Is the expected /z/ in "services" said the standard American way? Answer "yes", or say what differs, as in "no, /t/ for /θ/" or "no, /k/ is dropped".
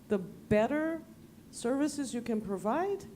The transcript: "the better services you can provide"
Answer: yes